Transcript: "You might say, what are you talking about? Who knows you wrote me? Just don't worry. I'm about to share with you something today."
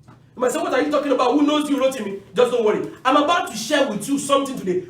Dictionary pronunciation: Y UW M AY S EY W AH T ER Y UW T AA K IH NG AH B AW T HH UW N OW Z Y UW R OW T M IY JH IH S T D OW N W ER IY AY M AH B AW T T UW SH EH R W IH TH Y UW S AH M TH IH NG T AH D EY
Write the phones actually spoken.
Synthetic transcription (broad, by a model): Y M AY S EY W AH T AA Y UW T AA K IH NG AH B AW T HH UW N OW Z Y UW R OW T M IY JH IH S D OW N W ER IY AY M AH B AW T T UW SH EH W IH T Y UW S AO M T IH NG T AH D EY